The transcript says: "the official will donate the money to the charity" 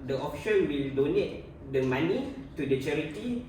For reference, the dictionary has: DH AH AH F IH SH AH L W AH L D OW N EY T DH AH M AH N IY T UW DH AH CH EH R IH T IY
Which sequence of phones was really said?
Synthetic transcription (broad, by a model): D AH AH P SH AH N W AH L D OW N EY T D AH M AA N IY T UW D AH CH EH R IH T IY